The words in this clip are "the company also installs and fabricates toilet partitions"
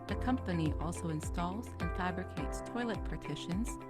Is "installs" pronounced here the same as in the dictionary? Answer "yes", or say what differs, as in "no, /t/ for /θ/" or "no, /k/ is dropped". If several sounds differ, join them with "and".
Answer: yes